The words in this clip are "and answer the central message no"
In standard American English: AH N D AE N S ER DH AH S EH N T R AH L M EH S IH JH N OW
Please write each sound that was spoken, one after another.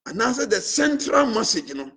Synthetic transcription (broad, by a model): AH N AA S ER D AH S EH N T R AH L M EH S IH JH N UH